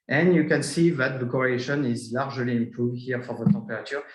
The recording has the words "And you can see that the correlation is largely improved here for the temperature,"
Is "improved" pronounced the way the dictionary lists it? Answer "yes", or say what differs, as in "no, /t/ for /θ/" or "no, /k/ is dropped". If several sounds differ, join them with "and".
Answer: no, /ɹ/ is dropped